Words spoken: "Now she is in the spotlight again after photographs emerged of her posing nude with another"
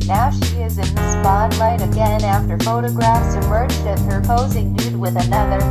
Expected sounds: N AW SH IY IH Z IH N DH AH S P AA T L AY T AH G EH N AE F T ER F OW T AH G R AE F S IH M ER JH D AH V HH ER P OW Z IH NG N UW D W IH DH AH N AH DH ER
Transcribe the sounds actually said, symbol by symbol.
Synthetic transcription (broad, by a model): N AW SH IY IH Z IH N DH AH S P AA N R AY T AH G EH N AE F T ER F OW T AH G R AE F S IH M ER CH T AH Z HH ER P OW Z IH NG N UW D W IH DH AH N AH DH ER